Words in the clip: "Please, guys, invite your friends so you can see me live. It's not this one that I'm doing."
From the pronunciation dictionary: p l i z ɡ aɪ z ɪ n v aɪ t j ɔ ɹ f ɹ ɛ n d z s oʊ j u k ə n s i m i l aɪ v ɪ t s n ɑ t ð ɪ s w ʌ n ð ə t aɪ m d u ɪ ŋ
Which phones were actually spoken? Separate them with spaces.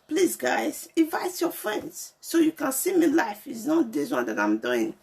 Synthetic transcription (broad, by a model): p l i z ɡ aɪ z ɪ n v aɪ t j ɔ f ɹ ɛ n d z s oʊ j u k ə n s i m i l aɪ f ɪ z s n ɑ t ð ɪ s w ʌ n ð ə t aɪ m d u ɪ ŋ